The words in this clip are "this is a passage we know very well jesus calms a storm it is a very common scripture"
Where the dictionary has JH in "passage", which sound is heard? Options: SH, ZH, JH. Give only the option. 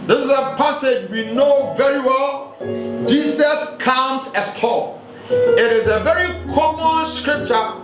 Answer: JH